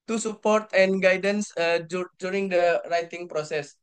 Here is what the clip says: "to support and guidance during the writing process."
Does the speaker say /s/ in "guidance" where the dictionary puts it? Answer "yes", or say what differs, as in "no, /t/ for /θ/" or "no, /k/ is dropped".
yes